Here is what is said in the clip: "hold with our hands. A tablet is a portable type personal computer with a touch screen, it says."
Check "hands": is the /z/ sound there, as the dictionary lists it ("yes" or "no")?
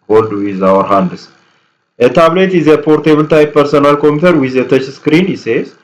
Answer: no